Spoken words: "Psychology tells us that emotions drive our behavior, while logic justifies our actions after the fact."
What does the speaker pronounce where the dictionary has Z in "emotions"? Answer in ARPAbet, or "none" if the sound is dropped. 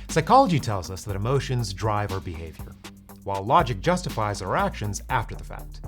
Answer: Z